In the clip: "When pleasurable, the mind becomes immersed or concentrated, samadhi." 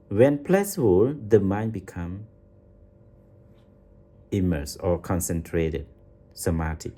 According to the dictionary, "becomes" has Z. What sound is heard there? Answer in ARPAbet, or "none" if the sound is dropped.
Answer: none